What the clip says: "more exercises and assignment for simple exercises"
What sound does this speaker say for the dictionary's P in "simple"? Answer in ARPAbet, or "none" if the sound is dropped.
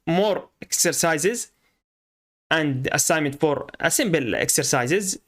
B